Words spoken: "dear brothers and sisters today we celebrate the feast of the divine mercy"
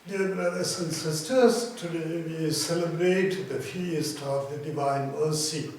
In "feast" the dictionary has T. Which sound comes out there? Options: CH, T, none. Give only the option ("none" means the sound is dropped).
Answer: T